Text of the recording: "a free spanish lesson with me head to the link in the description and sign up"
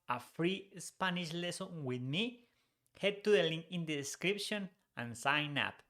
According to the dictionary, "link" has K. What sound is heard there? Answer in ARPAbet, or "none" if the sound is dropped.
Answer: none